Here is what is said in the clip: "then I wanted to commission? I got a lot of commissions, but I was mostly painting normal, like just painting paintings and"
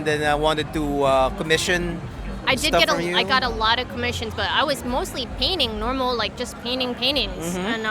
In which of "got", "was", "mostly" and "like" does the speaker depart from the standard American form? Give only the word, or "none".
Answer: none